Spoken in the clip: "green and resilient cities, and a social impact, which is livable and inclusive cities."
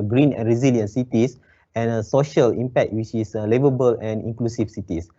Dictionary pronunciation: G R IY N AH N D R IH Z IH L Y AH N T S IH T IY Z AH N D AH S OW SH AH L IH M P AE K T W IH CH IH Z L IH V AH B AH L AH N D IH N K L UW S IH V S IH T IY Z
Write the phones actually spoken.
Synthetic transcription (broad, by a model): G R IY N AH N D R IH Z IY L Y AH N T S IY T IY S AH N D AH S OW SH AH L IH M P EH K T W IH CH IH S L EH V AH B AH L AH N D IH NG K L UW S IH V S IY T IY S